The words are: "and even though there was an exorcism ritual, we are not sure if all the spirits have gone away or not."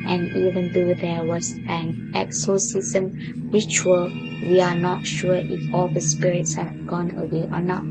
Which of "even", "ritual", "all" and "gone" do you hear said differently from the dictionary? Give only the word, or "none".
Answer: ritual